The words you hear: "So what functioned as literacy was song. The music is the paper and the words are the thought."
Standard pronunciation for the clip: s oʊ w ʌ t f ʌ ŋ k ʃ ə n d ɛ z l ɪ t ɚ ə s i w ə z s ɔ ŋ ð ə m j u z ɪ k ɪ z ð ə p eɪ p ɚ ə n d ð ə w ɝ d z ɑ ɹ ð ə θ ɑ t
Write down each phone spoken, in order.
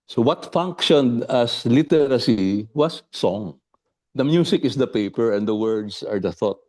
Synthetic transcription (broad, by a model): s oʊ w ʌ t f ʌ ŋ k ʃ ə n d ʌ s l ɪ t ɚ ə s i w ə s ɔ ŋ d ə m j u s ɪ k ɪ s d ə p eɪ p ɚ ə n d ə w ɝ d s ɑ ɹ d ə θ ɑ t